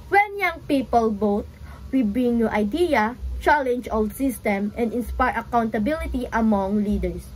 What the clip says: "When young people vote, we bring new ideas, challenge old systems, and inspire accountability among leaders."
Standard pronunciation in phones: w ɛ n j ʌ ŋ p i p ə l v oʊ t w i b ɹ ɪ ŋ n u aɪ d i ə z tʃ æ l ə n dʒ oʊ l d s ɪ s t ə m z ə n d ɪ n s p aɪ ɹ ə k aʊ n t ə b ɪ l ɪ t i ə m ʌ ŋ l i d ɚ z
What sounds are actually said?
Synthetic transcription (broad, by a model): w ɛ n j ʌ ŋ p i p ə l b oʊ t w i b ɹ ɪ ŋ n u aɪ d i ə tʃ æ l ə n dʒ oʊ l d s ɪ s t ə m ə n d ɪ n s p aɪ ɹ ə k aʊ n t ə b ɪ l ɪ t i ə m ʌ ŋ l i d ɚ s